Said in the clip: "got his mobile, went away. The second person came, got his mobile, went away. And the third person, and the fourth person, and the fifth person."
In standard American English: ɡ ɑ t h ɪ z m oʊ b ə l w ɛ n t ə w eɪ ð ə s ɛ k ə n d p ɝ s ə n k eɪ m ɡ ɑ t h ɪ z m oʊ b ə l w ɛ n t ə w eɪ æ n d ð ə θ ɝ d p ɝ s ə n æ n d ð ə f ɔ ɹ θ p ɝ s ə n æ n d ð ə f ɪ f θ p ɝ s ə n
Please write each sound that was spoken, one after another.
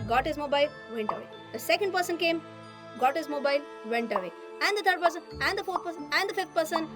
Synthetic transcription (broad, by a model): ɡ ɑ t h ɪ z m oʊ b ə l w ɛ n t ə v eɪ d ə s ɛ k ə n d p ɝ s ə n k eɪ m ɡ ɑ t h ɪ z m oʊ b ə l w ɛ n t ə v eɪ æ n d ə t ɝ d p ɝ s ə n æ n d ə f ɔ ɹ t p ɝ s ə n æ n d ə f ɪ f t p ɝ s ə n